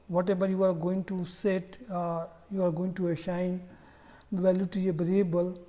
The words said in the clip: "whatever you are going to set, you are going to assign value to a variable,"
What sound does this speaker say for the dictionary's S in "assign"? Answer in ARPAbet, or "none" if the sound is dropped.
SH